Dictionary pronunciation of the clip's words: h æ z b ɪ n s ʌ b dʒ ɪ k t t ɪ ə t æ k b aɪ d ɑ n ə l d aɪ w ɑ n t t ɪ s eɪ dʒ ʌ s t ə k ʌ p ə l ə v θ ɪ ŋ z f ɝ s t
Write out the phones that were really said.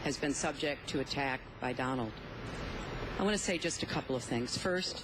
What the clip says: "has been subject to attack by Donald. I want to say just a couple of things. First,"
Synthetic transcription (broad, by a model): h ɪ z b ɪ n s ʌ b dʒ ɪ k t t ɪ ə t æ k b aɪ d ɑ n l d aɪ w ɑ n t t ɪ s eɪ dʒ ʌ s t ə k ʌ p l ə v θ ɪ ŋ z f ɝ s t